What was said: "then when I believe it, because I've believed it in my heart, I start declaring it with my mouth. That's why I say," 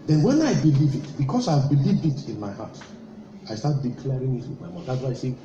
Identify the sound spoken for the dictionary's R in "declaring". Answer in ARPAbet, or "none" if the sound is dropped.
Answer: R